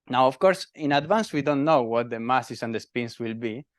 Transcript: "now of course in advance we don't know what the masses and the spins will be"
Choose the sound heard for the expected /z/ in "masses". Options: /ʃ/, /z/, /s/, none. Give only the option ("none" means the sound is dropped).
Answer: /s/